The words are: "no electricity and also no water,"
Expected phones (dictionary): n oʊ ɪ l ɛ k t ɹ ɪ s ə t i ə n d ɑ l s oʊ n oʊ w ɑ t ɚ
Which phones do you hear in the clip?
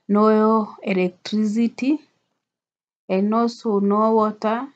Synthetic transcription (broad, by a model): n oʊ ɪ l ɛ k t ɹ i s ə t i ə n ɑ s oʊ n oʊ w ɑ t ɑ